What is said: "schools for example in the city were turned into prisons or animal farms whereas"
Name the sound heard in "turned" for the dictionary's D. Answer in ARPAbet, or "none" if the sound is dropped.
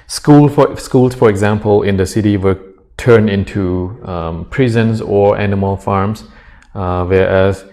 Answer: none